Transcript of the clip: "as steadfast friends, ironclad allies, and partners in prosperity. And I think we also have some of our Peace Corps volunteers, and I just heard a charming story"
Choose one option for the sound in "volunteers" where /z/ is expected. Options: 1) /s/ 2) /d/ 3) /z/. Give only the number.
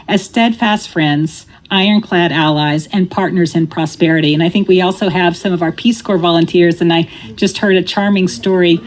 3